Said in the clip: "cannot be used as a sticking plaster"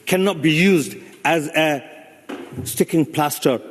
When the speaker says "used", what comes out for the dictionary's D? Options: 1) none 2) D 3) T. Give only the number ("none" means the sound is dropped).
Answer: 2